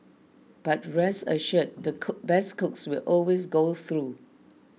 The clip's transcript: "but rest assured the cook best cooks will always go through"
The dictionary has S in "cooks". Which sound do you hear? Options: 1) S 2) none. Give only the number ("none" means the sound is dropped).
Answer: 1